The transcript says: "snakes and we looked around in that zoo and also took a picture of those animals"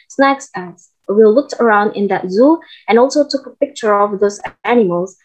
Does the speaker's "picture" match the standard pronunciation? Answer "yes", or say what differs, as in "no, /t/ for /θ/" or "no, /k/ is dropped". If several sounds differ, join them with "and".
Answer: yes